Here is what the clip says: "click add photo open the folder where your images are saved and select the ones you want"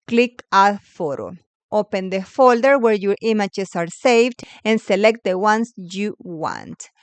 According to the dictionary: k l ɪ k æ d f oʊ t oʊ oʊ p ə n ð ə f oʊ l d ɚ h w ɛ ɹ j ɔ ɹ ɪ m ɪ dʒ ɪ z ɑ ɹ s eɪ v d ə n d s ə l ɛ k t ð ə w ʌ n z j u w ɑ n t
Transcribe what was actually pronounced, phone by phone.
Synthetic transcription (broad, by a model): k l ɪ k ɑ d f oʊ t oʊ oʊ p ə n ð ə f oʊ l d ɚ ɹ w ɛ ɹ j ɔ ɹ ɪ m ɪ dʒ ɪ s ɑ ɹ s eɪ v d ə n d s ə l ɛ k t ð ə w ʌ n s j u w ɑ n t